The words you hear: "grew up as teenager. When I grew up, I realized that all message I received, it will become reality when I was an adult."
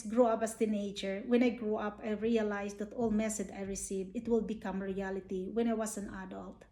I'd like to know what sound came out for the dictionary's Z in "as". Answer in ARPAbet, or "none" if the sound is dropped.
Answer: S